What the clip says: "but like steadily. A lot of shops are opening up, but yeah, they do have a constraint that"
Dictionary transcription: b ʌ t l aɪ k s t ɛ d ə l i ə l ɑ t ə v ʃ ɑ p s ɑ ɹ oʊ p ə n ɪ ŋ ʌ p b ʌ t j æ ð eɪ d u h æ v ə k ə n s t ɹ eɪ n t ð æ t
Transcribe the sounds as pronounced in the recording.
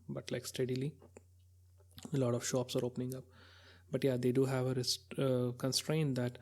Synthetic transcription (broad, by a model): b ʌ t l aɪ k s t ɛ d ə l i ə l ɑ t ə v ʃ ɑ p s ɑ ɹ oʊ p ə n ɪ ŋ ʌ p b ʌ t j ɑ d eɪ d u h æ v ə k ə n s t ɹ eɪ n t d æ t